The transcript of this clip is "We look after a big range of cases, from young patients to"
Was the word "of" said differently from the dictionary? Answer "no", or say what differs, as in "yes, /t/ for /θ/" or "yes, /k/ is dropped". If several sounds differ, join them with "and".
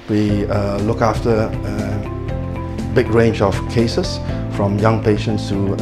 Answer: yes, /f/ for /v/